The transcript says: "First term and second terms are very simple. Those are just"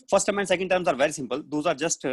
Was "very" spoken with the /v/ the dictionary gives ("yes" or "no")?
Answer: yes